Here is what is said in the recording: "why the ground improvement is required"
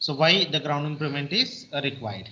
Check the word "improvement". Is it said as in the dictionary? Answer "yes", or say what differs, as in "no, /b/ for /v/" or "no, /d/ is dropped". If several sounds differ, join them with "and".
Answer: no, /v/ is dropped